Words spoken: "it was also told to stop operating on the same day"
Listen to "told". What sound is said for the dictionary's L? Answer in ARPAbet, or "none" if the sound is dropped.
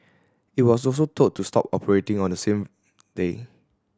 none